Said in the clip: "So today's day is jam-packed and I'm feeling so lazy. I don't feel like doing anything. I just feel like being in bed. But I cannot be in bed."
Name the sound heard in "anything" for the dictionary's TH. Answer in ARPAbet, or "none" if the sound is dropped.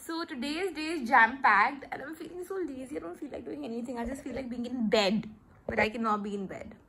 T